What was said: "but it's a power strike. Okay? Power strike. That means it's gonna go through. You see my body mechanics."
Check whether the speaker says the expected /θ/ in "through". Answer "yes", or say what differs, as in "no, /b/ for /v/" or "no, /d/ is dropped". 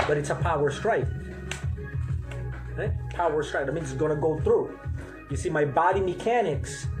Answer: yes